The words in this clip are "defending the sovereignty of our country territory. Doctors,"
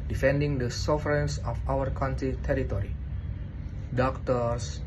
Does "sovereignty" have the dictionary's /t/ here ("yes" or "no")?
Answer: no